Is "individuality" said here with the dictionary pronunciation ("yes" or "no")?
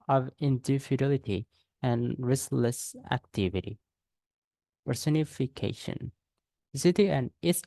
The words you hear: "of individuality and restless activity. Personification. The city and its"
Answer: no